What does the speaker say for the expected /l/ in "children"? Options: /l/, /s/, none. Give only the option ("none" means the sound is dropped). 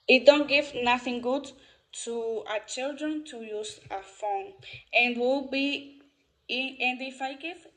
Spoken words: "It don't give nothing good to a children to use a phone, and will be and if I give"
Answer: /l/